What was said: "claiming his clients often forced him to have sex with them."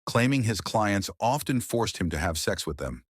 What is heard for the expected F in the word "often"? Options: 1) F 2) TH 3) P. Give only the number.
1